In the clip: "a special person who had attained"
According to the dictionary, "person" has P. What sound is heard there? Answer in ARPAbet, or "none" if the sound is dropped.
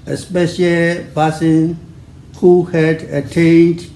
B